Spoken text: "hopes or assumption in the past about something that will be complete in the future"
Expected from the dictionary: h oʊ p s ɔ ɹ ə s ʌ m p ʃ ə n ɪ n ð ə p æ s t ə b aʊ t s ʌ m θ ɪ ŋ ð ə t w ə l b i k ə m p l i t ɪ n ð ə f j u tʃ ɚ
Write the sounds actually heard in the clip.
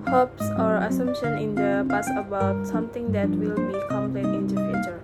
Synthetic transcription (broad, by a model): h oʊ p s ɔ ɹ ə s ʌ m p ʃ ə n ɪ n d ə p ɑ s ə b aʊ t s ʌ m t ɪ ŋ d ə t w ə l b i k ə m p l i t ɪ n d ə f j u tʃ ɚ